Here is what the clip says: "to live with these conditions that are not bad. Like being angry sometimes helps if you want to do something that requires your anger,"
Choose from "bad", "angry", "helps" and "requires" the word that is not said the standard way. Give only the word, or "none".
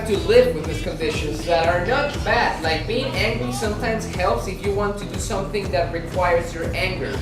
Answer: none